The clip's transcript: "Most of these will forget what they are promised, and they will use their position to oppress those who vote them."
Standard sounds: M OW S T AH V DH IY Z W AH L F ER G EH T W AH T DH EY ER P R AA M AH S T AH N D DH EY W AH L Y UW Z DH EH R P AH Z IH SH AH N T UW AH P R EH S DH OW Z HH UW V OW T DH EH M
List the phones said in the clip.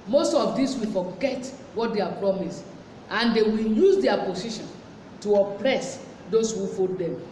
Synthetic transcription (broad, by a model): M OW S T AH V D IY S W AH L F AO G EH T W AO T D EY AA P R AA M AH S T AH N D EY W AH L Y UW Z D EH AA P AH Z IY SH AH N T UW AH P R EH S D OW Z HH UW F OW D EH M